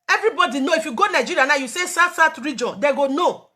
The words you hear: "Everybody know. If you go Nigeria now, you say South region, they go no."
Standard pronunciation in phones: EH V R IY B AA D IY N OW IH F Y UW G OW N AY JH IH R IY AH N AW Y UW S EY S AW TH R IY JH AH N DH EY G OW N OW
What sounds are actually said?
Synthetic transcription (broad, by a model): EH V R IY B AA D IY N OW IH F Y UW G OW N AY JH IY R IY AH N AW Y UW S EY S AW S R IY JH AH N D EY G OW N OW